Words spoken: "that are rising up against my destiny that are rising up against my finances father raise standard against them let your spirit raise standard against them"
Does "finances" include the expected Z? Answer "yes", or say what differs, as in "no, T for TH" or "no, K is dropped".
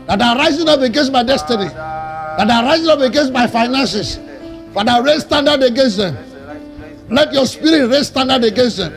no, S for Z